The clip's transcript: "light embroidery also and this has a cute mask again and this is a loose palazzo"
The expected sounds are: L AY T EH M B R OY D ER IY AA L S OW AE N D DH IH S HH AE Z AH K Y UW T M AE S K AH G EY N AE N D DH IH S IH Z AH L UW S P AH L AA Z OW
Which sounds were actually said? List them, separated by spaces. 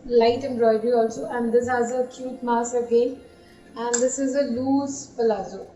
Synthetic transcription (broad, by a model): L AY T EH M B R OY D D IY AA L S OW AE N D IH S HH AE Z AH K Y UW T M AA S AH G EY N AE N D IH S IH Z AH L UW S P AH L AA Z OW